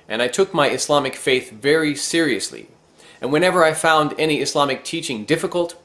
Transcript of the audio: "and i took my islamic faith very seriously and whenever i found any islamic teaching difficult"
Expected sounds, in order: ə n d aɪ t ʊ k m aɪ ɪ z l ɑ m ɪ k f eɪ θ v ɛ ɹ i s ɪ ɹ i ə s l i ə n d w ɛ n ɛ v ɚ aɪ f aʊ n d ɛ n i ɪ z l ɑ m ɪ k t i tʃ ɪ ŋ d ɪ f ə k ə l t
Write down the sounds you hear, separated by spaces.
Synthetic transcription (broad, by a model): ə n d aɪ t ʊ k m aɪ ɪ s l ɑ m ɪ k f eɪ θ v ɛ ɹ i s ɪ ɹ i ə s l i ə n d w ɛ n ɛ v ɚ aɪ f aʊ n d ɛ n i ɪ s l ɑ m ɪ k t i tʃ ɪ ŋ d ɪ f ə k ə l t